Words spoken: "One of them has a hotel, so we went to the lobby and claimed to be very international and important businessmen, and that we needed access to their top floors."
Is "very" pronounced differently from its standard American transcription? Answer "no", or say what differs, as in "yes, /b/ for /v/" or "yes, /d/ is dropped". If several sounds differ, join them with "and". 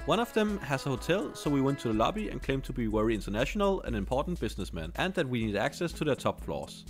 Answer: yes, /w/ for /v/